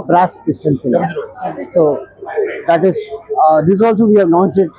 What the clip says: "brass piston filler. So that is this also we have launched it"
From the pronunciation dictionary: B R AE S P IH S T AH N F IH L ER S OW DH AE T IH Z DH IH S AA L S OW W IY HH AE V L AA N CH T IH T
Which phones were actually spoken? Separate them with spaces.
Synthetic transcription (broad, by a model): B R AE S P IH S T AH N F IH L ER S OW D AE T IH Z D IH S AA L S OW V IY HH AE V N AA N S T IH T